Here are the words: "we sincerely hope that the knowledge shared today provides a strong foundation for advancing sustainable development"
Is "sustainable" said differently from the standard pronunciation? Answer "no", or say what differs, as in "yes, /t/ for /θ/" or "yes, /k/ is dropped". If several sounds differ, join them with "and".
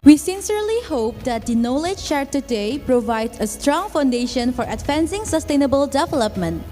no